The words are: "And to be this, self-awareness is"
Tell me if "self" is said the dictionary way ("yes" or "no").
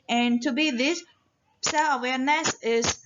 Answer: no